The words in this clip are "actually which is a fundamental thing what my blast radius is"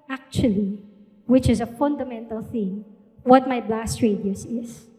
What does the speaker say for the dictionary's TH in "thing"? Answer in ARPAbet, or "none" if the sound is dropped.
TH